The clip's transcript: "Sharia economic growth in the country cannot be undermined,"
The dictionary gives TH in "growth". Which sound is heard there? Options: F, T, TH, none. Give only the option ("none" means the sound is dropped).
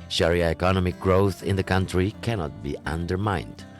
TH